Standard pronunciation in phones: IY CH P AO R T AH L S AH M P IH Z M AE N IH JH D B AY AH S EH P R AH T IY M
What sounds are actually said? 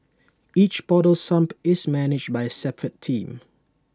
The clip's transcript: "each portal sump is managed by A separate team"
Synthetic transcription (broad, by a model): IY CH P AO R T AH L S AH M P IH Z M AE N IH JH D B AY AH S EH P R AH T IY M